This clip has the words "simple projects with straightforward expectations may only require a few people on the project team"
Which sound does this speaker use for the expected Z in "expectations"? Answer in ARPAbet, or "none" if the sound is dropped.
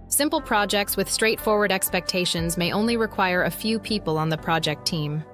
Z